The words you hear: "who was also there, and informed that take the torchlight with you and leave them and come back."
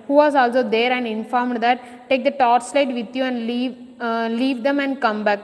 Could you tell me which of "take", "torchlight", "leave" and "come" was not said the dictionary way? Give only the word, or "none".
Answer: torchlight